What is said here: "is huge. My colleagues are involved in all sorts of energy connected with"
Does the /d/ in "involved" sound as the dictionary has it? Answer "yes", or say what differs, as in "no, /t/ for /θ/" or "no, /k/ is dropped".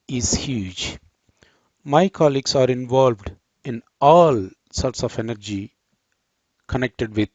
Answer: yes